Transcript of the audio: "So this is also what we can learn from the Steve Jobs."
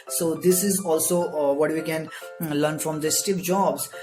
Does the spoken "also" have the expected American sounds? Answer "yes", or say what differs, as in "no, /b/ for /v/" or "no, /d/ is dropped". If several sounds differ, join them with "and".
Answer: yes